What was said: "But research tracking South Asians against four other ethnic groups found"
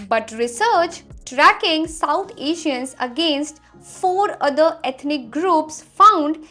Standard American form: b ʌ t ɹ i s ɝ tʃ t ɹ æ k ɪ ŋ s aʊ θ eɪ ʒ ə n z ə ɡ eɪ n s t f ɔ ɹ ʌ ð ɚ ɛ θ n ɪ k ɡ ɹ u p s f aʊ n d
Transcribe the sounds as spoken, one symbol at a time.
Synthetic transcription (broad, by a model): b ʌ t ɹ i s ɝ tʃ t ɹ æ k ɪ ŋ s aʊ t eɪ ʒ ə n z ə ɡ eɪ n s t f ɔ ɹ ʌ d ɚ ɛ t n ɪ k ɡ ɹ u p s f aʊ n d